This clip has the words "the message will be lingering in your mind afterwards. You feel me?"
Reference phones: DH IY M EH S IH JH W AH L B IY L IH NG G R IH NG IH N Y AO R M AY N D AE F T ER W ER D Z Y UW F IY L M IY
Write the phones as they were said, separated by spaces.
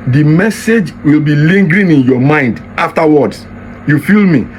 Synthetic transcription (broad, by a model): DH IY M EH S IH JH W AH L B IY L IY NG G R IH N IH N Y AO M AY N D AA F T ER W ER D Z Y UW F IY L M IY